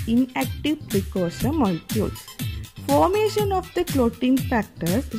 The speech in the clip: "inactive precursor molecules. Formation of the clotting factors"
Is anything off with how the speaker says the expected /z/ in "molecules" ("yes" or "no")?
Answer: yes